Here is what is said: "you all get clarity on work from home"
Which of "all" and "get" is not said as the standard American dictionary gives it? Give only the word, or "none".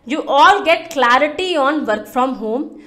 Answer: none